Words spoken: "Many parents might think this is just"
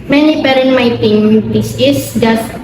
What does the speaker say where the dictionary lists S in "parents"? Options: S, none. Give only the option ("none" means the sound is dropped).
none